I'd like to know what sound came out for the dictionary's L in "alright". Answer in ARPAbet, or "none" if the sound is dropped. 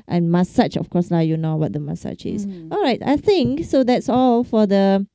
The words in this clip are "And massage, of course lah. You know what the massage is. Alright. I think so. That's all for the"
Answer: L